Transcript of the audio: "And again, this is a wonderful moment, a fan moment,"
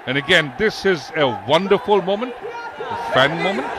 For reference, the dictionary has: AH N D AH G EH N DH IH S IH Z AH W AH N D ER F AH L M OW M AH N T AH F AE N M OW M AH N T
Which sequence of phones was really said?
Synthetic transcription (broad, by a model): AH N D AH G EH N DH IH S IH Z AH W AH N D ER F AH L M OW M AH N T AH F AE N M OW M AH N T